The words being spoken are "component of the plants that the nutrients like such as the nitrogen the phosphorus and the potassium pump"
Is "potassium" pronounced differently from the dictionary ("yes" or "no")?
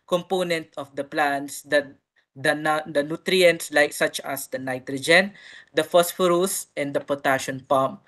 yes